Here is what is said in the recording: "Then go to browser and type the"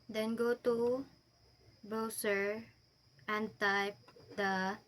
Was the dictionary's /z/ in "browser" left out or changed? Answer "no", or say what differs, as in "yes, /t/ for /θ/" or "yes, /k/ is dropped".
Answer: yes, /s/ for /z/